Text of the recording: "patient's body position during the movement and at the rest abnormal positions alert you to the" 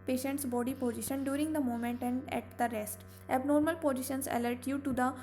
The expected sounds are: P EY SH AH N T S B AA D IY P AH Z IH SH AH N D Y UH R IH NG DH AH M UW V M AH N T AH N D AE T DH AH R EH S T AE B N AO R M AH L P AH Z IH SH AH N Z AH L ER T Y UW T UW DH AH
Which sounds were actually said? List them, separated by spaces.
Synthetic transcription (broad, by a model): P EY SH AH N T S B AA D IY P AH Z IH SH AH N D Y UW R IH NG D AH M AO M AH N T AH N D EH T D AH R EH S T AE B N AO R M AH L P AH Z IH SH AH N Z AH L ER T Y UW T UW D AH